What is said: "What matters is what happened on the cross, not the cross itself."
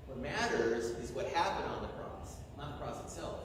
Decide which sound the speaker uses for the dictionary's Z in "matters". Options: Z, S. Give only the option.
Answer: Z